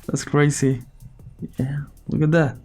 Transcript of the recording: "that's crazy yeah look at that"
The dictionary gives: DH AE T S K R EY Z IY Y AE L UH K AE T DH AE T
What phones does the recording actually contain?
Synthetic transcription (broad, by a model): DH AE T S K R EY S IY Y AE L UH K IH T DH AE T